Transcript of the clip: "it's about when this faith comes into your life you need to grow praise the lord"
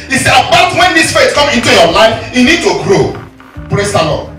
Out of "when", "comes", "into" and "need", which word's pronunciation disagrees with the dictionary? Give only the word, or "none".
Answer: comes